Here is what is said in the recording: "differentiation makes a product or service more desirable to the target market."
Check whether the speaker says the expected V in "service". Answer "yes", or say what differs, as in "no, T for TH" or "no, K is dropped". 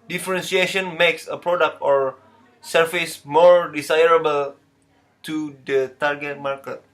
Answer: no, F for V